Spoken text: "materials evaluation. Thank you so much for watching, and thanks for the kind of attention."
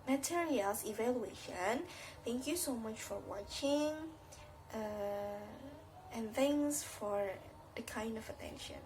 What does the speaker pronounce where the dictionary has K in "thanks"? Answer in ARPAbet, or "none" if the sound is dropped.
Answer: none